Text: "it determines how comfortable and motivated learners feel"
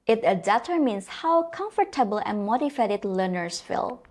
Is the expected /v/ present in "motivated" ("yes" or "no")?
no